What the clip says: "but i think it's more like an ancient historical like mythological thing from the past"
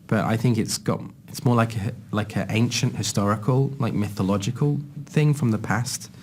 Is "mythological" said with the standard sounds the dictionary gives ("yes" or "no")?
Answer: yes